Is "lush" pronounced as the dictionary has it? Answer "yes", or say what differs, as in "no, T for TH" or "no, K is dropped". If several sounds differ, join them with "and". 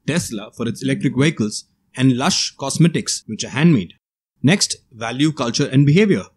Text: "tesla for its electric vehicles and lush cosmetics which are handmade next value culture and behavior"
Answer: yes